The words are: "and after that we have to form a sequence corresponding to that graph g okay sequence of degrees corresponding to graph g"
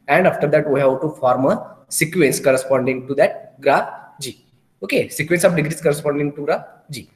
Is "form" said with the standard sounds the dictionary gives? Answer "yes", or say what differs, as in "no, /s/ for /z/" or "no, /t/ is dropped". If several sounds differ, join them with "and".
yes